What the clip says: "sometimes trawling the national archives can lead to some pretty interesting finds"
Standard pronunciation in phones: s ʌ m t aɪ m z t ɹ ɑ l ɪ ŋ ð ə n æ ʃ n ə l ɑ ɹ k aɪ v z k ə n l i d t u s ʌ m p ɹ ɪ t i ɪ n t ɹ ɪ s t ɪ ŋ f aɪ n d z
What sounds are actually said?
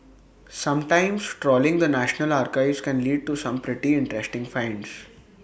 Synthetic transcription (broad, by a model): s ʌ m t aɪ m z t ɹ ɑ l ɪ ŋ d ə n æ ʃ n ə l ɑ ɹ k aɪ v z k ə n l i d t u s ʌ m p ɹ ɪ t i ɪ n t ɹ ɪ s t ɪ ŋ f aɪ n d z